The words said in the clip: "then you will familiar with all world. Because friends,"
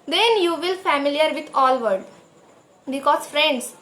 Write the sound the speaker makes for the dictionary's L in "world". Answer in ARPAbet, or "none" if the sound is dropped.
none